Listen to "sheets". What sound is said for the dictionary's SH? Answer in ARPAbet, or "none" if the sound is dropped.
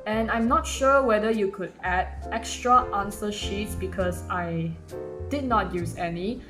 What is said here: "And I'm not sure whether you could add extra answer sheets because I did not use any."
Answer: SH